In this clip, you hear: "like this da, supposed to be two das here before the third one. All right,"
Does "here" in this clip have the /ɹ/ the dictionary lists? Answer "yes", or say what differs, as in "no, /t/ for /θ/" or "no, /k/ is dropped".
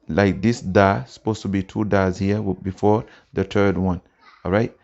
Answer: no, /w/ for /ɹ/